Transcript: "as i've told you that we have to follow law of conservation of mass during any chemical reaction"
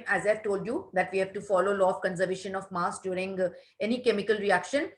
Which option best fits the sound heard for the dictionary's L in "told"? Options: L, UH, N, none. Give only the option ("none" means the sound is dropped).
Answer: L